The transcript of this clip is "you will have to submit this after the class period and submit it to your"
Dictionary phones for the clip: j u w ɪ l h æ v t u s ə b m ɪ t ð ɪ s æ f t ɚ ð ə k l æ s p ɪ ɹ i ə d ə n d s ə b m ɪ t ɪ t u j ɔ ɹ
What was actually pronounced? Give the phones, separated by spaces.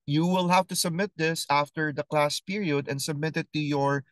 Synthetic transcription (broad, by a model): j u w ɪ l h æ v t u s ə b m ɪ t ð ɪ s æ f t ɚ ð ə k l æ s p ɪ ɹ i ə d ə n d s ə b m ɪ t ɪ t u j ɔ ɹ